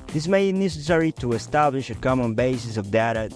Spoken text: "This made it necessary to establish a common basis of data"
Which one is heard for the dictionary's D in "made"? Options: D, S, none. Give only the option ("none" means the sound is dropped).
none